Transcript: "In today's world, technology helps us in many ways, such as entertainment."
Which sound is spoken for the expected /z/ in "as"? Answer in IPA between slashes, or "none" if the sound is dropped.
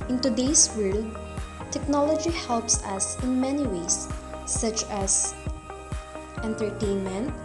/s/